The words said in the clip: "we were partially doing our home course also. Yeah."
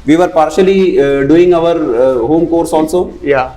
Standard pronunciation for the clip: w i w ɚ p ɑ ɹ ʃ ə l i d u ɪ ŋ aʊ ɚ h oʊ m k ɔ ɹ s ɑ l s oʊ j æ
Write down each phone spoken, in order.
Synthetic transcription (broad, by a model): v i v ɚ p ɑ ɹ ʃ ə l i d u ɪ ŋ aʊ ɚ h oʊ m k ɔ ɹ s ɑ n s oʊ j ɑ